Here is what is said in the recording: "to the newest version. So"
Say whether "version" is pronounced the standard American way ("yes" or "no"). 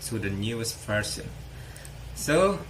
no